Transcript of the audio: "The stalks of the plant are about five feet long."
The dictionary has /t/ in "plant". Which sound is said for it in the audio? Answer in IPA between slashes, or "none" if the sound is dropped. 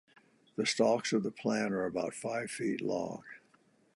none